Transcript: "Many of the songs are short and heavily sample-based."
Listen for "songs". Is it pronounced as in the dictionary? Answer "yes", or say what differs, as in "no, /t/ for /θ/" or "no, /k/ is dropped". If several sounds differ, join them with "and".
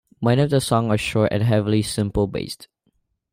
no, /z/ is dropped